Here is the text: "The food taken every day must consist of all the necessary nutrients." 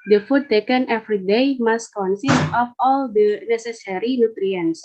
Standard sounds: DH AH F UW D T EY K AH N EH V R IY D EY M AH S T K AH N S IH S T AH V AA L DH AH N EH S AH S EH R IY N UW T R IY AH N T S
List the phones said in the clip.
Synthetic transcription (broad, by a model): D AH F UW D T EY K AH N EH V R IY D EY M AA S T K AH N S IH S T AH F AA L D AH N EH S AH S EH R IY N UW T R IY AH N S